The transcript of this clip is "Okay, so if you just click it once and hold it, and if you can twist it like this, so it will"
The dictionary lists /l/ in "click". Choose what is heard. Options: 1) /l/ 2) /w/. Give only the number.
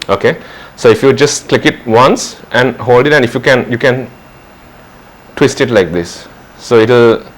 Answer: 1